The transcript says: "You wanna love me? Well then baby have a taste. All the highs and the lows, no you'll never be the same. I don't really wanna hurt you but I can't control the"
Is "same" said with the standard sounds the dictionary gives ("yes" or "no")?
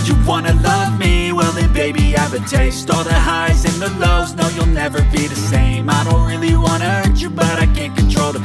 yes